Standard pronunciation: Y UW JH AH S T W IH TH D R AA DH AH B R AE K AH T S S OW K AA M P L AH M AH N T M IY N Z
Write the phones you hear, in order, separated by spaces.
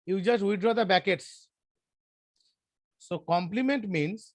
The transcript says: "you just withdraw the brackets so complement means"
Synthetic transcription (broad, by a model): Y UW JH AH S T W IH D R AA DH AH B AE K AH T S S OW K AA M P L AH M AH N T M IY N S